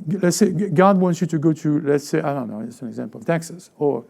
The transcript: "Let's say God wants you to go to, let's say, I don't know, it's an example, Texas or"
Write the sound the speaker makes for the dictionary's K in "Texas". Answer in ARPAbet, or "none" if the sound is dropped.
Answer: K